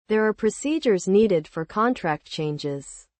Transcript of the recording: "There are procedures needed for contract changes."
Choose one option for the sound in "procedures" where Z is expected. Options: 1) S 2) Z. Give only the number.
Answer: 2